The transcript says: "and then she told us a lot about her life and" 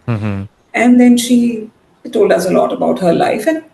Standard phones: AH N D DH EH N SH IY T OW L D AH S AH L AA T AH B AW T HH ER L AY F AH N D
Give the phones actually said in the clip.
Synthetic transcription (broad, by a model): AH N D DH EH N SH IY T OW L D AH S AH L AA T AH B AW T HH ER L AY F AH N